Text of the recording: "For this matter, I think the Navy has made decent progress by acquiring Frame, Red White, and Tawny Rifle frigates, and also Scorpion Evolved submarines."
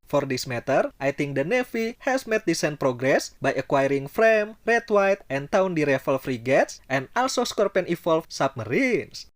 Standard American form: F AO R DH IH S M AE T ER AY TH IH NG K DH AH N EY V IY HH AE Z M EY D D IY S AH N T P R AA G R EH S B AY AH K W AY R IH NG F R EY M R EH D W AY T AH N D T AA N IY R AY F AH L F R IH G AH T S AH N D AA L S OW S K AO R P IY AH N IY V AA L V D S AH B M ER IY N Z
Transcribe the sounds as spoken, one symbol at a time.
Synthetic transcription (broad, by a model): F AO R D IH S M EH T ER AY T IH NG K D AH N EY F IY HH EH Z M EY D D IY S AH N P R AA G R EH S B AY AH K W AY R IH NG F R EY M R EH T W AY T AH N T AA N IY R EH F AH L F R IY G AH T S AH N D AA L S OW S K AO R P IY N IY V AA L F S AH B M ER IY N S